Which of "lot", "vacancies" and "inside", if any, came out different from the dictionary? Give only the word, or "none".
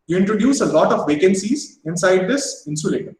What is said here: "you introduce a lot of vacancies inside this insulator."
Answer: none